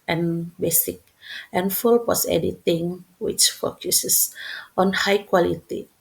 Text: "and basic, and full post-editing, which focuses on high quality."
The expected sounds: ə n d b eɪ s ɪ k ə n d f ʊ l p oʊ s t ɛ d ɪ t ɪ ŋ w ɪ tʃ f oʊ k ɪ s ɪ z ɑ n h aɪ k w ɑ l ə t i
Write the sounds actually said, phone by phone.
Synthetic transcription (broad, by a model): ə n b eɪ s ɪ k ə n f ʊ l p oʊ s ɛ d ɪ t ɪ ŋ w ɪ tʃ f oʊ k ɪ s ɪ s ɑ n h aɪ k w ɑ l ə t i